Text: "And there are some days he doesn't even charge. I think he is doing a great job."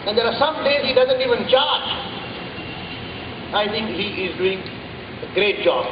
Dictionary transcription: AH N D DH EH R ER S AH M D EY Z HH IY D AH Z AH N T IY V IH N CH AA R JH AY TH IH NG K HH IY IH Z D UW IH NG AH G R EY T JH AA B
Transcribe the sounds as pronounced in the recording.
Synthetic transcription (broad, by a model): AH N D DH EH R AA S AH M D EY Z HH IY D AH Z AH N T IY V IH N CH AA R JH AY T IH NG K HH IY IH Z D UW IH NG AH G R EY T JH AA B